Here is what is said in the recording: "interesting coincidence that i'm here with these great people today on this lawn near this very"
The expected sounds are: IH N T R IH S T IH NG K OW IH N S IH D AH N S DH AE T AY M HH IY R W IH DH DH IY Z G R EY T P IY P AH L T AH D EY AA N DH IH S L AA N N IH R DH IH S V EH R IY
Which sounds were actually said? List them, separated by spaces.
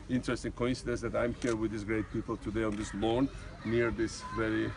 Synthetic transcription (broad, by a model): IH N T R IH S T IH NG K OW IH N S IH D AH N S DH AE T AY M HH IY R W IH DH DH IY S G R EY T P IY P AH L T AH D EY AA N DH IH S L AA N N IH R DH IH S V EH R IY